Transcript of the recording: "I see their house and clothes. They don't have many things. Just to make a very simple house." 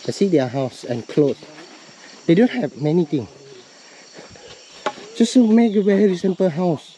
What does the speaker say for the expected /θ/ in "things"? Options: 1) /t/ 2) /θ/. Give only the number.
1